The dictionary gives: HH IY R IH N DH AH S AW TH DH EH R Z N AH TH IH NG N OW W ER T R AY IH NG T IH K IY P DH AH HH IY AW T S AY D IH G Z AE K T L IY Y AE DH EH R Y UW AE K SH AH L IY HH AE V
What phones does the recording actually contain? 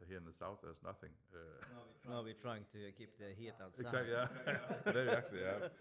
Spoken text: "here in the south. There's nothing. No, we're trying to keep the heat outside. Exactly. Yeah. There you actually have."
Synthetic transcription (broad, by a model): HH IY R IH N DH AH S AW TH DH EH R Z N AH TH IH NG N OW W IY T R AY IH NG T IH K IY P DH AH HH IY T AY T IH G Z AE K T Y AE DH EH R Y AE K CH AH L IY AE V